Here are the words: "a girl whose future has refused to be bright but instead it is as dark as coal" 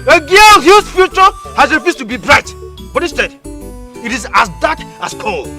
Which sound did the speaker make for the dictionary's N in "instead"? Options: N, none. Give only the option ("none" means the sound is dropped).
none